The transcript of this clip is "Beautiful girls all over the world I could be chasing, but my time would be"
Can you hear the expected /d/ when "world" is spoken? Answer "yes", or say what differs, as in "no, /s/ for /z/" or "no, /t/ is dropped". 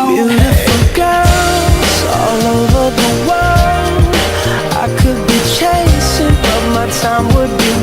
no, /d/ is dropped